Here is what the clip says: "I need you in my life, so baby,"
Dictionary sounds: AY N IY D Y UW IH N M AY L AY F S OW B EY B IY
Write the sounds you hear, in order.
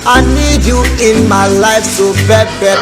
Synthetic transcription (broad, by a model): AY N IY D Y UW IH N M AY L AY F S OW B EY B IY